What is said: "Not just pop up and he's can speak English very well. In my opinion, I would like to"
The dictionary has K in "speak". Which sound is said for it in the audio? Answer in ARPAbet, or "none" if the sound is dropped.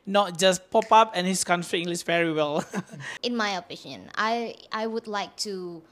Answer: none